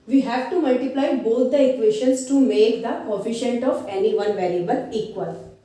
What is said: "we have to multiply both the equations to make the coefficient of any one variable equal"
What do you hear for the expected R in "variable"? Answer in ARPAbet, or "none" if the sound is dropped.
L